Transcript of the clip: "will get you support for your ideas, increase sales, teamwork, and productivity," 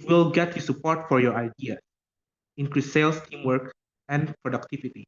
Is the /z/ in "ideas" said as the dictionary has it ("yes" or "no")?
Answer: no